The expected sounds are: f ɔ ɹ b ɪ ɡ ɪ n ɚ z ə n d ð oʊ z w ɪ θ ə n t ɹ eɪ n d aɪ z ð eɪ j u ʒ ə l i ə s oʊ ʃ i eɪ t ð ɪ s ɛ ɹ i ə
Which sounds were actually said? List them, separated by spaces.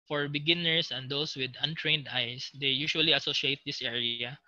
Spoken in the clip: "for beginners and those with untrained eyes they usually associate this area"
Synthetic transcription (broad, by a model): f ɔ ɹ b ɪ ɡ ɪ n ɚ s ə n d oʊ s w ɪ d ə n t ɹ eɪ n d aɪ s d eɪ j u ʃ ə l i ə s oʊ ʃ i eɪ t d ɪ s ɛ ɹ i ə